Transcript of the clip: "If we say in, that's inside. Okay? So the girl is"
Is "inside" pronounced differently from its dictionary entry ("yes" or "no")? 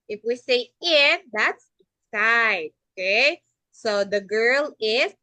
yes